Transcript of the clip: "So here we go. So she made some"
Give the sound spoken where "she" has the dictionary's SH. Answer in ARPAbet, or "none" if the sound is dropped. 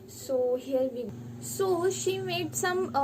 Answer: SH